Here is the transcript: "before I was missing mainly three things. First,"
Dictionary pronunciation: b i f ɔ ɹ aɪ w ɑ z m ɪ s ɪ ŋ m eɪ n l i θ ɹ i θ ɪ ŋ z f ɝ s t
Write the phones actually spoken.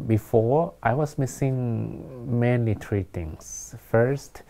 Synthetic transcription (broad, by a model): b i f ɔ ɹ aɪ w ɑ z m ɪ s ɪ ŋ m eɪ n i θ ɹ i t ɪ ŋ s f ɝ s t